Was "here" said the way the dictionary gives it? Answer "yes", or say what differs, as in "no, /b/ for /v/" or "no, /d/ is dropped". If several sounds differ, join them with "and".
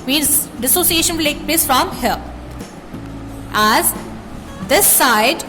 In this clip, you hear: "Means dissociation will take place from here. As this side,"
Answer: no, /l/ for /ɹ/